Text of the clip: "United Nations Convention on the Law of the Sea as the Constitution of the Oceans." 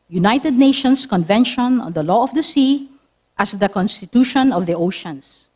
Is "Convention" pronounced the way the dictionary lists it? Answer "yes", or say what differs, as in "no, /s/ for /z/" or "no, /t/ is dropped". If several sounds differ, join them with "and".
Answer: yes